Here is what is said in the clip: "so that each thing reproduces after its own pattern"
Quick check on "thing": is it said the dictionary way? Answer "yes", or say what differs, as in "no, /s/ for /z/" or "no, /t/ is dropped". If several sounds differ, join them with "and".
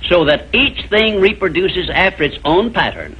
yes